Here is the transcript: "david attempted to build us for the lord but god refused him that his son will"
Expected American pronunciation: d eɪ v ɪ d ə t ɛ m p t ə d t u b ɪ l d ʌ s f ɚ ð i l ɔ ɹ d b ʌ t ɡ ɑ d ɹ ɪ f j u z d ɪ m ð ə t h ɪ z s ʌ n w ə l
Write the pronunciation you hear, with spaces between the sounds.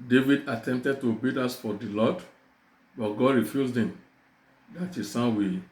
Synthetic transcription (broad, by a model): d eɪ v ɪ d ə t ɛ m p t ə d t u b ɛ d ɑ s f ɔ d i l ɔ d b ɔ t ɡ ɑ d ɹ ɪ f j u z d ɪ m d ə t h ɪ s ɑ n w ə